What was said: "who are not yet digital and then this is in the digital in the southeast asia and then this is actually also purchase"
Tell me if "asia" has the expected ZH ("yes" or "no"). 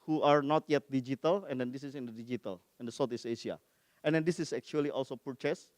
no